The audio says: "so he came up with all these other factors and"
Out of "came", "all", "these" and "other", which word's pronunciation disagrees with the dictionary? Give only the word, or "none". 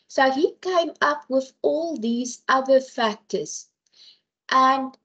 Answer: none